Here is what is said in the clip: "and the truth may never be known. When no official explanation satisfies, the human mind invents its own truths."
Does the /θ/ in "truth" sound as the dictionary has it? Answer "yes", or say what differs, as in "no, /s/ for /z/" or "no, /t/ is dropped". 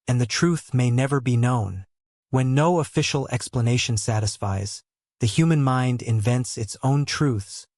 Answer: yes